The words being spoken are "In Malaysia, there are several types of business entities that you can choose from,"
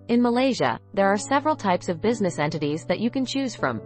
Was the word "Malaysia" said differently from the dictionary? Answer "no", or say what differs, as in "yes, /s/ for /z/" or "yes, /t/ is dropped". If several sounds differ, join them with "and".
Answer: no